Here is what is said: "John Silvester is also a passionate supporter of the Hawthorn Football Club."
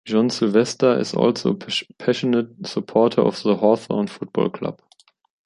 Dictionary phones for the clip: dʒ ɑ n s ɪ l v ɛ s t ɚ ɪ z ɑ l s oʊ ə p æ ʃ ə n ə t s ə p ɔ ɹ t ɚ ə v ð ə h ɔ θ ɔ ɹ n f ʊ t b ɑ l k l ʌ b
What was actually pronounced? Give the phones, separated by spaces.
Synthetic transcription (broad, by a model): ʒ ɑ n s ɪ l v ɛ s t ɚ ɪ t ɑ l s oʊ p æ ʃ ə n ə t s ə p ɔ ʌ t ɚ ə f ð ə h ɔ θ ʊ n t f ʊ t b ɑ l k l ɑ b